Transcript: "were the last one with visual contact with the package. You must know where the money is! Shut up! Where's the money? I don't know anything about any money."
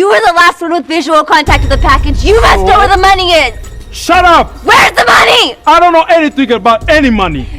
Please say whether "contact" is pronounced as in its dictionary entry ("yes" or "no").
yes